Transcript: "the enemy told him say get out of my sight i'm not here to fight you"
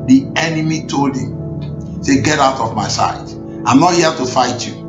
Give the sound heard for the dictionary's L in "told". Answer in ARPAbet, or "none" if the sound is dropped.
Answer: L